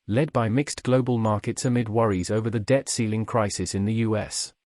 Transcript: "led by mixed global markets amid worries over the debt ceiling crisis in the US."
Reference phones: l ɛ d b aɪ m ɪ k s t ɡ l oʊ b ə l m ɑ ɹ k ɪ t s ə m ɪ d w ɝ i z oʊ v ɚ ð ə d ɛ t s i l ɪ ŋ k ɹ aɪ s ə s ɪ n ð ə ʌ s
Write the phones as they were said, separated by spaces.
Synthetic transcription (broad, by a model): l ɛ d b aɪ m ɪ k s ɡ l oʊ b ə l m ɑ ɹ k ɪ t s ə m ɪ d w ɝ i z oʊ v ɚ ð ə d ɛ t s i l ɪ ŋ k ɹ aɪ s ə s ɪ n ð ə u s